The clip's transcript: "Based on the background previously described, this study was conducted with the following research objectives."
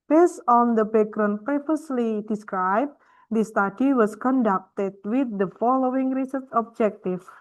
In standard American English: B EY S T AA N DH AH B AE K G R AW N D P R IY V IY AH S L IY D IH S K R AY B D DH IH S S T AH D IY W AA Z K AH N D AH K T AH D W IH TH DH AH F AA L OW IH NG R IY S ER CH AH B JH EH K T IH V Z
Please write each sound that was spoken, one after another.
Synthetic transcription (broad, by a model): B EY S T AA N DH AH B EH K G R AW N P R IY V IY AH S L IY D IH S K R AY B D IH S S T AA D IY W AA S K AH N D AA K T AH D W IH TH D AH F AA L OW IH NG R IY S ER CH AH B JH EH K T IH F